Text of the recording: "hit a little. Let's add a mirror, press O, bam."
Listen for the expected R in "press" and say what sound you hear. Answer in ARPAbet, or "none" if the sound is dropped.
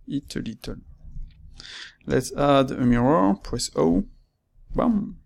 W